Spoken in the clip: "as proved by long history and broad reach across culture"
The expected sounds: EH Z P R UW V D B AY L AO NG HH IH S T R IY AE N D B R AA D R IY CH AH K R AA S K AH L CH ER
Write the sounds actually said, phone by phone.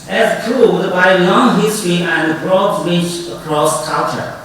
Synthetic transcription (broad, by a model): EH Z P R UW D B AY L AO NG HH IH S T R IY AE N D B R AA D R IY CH AH K R AA S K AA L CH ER